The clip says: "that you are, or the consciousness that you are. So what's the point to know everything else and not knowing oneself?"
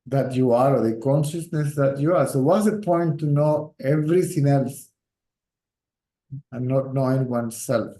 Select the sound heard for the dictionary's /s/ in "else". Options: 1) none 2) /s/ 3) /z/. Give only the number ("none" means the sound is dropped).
2